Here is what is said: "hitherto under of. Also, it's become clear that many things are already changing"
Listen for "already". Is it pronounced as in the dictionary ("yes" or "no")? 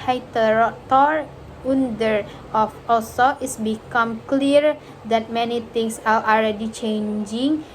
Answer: no